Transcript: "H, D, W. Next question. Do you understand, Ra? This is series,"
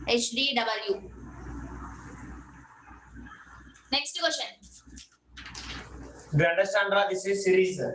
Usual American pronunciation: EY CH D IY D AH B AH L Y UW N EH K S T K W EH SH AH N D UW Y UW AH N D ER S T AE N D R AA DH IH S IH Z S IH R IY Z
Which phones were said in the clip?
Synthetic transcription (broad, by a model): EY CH D IY D AH B AH L Y UW N EH K S T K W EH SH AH N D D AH N D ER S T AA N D R AA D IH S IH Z S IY R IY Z